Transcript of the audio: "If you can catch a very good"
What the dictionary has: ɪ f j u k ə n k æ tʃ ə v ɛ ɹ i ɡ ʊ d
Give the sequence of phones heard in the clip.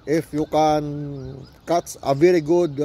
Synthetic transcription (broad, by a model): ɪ f j u k ə n k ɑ s ə v ɛ ɹ i ɡ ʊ d